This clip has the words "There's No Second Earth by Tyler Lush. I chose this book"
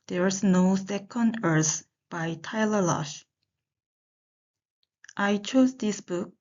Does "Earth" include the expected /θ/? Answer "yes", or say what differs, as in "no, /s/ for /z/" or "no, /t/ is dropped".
no, /s/ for /θ/